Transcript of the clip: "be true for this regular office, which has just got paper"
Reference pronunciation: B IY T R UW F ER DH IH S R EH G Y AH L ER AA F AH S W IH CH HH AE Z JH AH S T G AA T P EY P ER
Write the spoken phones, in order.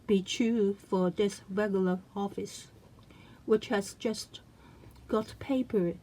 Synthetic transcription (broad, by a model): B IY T UW F ER DH IH S R EH G Y L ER AA F AH S W IH CH HH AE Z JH AH S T G AA T P EY P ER